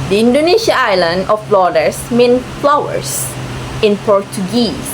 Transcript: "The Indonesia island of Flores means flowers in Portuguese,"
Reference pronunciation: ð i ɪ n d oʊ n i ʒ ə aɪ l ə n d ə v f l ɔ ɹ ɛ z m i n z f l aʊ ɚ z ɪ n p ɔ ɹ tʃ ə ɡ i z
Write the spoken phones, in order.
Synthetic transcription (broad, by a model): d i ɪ n d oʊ n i ʃ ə aɪ l ə n d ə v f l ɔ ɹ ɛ s m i n f l aʊ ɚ s ɪ n p ɔ ɹ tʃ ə ɡ i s